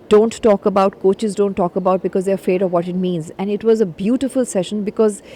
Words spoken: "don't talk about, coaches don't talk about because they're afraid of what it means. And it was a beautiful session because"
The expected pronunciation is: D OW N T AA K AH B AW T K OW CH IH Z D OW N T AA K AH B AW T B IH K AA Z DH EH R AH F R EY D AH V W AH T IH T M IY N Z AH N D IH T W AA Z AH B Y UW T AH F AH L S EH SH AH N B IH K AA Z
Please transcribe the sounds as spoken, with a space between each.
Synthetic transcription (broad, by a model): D OW N T AA K AH B AW T K OW CH IH Z D OW N T AA K AH B AW T B IH K AA Z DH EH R AH F R EY D AH V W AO T IH T M IY N Z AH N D IH T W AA Z AH B Y UW T AH F AH L S EH SH AH N B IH K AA Z